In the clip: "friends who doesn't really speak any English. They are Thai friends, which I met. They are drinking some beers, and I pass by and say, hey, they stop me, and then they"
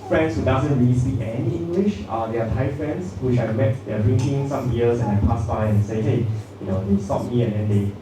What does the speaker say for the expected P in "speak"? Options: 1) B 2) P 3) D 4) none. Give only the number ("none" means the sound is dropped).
4